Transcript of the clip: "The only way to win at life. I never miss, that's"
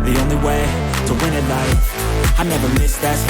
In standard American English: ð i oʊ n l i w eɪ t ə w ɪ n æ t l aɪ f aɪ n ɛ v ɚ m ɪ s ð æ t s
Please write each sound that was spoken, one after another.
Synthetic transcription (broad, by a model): ð i oʊ n l i w eɪ t ə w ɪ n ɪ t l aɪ aɪ n ɛ v ɚ m ɪ s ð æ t